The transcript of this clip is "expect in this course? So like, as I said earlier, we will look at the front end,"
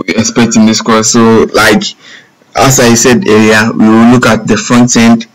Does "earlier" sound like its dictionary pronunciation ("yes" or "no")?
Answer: no